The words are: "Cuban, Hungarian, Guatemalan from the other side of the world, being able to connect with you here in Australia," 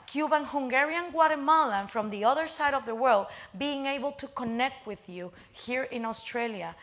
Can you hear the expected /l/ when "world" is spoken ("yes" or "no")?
yes